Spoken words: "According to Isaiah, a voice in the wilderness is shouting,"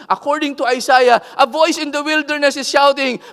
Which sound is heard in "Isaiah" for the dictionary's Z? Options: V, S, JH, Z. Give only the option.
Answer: S